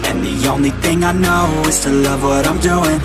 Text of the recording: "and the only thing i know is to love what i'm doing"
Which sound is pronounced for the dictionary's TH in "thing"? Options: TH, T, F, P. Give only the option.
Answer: TH